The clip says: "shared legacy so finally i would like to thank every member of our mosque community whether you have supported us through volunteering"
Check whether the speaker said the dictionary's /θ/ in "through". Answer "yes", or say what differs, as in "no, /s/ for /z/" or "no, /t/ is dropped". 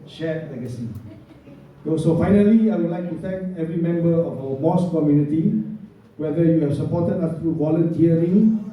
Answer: no, /t/ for /θ/